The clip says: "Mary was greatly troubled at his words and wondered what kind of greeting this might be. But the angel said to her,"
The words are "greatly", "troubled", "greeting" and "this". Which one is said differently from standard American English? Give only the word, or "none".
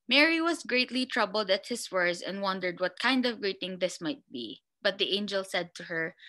none